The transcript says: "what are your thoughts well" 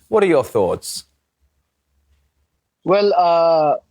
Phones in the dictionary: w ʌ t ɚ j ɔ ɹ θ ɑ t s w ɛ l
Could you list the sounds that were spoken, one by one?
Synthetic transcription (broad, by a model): w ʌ t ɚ j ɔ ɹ θ ɑ t s w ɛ l